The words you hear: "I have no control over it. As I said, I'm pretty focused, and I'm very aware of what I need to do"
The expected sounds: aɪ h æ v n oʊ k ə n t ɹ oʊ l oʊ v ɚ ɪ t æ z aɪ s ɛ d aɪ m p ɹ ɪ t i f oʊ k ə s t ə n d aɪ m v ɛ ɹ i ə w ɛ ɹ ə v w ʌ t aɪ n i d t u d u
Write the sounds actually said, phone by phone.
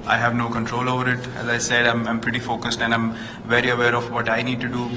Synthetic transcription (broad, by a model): aɪ h æ v n oʊ k ə n t ɹ oʊ l oʊ v ɚ ɪ t æ z aɪ s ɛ d aɪ m p ɹ ɪ t i f oʊ k ə s t ə n d aɪ m v ɛ ɹ i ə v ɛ ɹ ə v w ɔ t aɪ n i d t u d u